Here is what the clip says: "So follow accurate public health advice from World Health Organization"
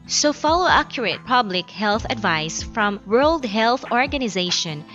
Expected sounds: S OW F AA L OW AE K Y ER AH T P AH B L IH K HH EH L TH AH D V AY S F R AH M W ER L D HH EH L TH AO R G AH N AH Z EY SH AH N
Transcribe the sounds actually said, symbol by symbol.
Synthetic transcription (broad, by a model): S OW F AA L OW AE K Y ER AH T P AH B L IH K HH EH L TH AH D V AY S F R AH M W ER L D HH EH L TH AO R G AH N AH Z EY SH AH N